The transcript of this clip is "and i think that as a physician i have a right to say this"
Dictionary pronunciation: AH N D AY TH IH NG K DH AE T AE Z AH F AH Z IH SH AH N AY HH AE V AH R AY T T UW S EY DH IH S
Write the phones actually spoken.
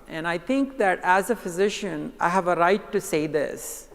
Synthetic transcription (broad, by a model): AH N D AY T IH NG K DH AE T AE Z AH F AH Z IH SH AH N AY HH AE V AH R AY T T UW S EY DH IH S